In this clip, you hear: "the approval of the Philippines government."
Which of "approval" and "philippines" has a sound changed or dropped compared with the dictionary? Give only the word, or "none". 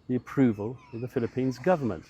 none